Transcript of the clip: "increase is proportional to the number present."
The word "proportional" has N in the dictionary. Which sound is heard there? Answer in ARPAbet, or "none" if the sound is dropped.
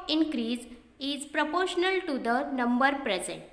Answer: N